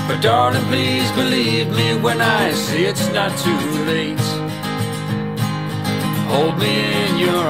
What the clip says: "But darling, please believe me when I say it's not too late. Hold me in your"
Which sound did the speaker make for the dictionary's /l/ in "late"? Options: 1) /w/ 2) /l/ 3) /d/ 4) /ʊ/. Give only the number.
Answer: 2